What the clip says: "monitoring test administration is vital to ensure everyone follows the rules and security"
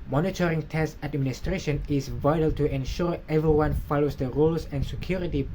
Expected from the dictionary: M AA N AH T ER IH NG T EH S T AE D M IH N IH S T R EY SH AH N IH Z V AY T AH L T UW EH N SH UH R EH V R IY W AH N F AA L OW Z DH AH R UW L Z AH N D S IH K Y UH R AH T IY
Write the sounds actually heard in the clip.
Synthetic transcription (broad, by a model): M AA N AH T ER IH NG T EH S T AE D M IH N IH S T R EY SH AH N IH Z V AY T AH L T UW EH N SH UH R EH V R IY W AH N F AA L OW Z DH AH R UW L S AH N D S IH K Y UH R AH T IY